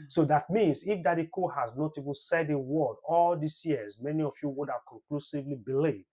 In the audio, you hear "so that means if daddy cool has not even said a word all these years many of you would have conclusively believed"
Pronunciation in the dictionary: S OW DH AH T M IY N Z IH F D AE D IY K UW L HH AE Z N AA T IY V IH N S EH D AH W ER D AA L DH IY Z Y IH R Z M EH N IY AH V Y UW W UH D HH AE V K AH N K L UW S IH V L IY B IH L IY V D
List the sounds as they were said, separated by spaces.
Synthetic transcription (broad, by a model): S OW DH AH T M IY N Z IH F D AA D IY K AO HH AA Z N AA T IY V IH N S EH D AH W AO D AA L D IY S Y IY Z M EH N IY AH F Y UW W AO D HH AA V K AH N K L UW S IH V L IY B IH L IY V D